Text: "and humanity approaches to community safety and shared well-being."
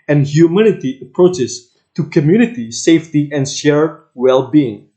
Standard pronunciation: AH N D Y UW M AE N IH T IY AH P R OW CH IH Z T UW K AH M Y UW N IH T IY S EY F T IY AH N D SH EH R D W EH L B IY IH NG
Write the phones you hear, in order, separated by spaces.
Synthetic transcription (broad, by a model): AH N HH Y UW M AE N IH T IY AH P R OW CH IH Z T UW K AH M Y UW N IH T IY S EY F T IY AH N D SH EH R W EH L B IY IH NG